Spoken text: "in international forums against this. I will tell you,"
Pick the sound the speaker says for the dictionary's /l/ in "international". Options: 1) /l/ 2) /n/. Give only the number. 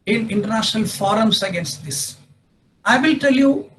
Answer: 1